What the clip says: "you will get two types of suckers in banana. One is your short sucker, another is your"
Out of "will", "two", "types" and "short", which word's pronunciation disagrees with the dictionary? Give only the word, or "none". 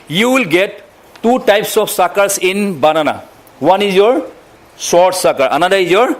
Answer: short